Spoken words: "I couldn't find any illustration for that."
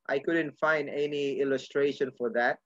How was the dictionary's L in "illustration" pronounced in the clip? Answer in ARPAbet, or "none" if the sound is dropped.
L